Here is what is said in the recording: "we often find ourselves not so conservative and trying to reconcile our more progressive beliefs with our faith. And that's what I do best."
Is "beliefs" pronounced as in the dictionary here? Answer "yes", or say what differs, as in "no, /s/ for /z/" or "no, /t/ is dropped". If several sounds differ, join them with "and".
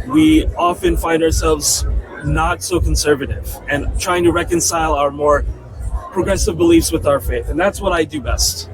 yes